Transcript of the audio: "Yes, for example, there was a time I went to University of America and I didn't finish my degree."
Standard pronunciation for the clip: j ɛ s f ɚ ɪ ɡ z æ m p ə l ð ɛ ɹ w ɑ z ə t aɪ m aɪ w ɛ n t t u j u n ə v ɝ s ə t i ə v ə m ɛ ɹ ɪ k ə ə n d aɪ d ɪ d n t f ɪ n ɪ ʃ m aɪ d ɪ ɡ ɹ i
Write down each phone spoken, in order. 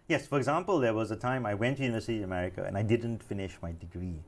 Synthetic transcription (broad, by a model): j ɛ s f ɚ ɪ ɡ z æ m p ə l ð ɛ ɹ w ɑ z ə t aɪ m aɪ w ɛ n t t u j u n ə v ɝ s ə t i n ə m ɛ ɹ ɪ k ə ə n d aɪ d ɪ d n t f ɪ n ɪ ʃ m aɪ d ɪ ɡ ɹ i